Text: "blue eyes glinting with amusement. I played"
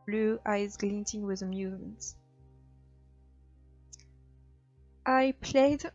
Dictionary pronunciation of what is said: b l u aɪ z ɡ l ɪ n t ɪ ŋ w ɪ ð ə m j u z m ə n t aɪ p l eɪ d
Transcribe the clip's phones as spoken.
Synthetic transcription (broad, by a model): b l u aɪ z ɡ l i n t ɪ ŋ w ɪ ð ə m j u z m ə n t aɪ p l eɪ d